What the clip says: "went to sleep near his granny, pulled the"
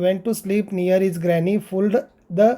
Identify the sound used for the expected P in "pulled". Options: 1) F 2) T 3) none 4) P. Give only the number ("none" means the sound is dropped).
1